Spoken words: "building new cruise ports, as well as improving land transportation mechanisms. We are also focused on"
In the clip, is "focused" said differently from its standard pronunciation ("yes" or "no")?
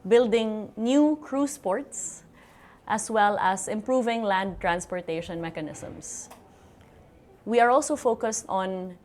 no